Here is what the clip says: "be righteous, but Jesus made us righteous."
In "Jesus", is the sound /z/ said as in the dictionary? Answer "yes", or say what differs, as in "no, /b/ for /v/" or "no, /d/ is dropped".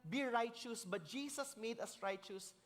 no, /s/ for /z/